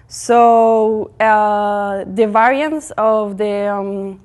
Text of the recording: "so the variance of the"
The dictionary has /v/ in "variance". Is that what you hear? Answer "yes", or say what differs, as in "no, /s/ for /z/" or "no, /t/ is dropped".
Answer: yes